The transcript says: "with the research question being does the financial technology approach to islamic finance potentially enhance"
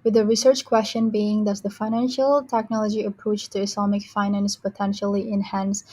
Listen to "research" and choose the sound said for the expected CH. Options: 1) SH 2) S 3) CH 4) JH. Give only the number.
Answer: 3